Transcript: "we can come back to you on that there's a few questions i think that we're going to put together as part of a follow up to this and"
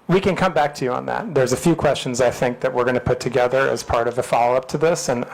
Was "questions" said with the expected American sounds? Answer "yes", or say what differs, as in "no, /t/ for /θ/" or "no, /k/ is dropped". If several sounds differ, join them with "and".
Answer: yes